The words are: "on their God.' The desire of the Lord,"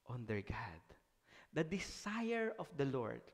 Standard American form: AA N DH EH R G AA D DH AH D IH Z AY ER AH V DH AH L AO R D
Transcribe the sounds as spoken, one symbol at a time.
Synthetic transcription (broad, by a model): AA N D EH R G AA D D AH D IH S AY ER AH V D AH L AO R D